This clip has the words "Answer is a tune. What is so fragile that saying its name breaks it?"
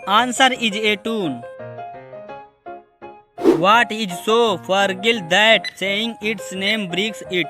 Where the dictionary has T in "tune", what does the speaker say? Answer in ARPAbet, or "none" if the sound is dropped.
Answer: T